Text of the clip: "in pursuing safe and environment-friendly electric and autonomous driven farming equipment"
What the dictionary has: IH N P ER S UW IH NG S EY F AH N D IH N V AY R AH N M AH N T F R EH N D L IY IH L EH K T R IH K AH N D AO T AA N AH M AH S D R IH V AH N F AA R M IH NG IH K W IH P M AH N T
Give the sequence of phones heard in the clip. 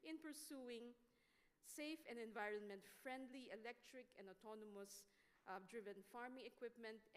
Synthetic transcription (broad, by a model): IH N P ER S UW IH NG S EY F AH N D IH N V AY R AH N M AH N T F R EH N D L IY IH L EH K T R IH K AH N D AO T AA N AH M AH S D R IH V AH N F AA R M IH NG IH K W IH P M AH N T